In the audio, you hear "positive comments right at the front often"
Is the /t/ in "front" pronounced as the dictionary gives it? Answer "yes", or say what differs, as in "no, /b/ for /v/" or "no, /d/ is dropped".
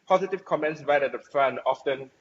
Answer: no, /t/ is dropped